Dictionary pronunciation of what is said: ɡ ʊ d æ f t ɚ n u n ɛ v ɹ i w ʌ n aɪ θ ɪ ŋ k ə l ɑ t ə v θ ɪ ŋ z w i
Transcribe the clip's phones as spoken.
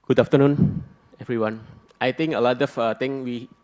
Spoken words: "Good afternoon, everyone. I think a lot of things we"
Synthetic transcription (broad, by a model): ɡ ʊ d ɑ f t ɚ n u n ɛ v ɹ i w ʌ n aɪ t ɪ ŋ k ə l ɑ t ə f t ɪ ŋ w i